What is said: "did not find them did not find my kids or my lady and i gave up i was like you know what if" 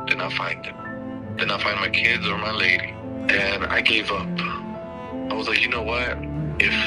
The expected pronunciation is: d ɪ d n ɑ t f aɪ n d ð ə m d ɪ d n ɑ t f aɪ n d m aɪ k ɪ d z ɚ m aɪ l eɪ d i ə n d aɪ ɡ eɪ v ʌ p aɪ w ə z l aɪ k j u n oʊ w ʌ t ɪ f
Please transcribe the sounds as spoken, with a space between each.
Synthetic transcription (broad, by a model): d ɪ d n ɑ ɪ f aɪ n d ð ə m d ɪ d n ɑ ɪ f aɪ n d m aɪ k ɪ d z ɚ m aɪ l eɪ d i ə n aɪ ɡ eɪ v ʌ p aɪ w ə z l aɪ k j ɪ n oʊ w ʌ t ɪ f